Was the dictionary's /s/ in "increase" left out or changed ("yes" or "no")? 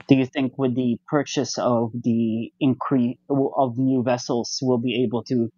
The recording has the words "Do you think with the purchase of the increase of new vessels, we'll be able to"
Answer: yes